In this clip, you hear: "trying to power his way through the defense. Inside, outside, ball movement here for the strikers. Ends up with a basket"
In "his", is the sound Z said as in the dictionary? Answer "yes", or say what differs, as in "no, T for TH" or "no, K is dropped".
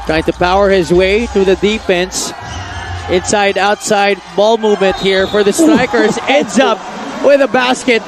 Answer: yes